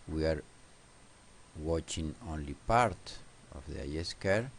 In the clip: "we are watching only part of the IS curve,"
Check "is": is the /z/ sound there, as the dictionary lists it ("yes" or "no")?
no